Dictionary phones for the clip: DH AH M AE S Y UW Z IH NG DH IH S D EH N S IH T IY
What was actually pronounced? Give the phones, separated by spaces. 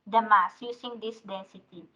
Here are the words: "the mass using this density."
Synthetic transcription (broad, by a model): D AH M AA S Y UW S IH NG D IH S D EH N S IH T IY